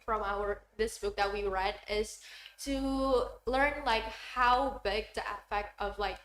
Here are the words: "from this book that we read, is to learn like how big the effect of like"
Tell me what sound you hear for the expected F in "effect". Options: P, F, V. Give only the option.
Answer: P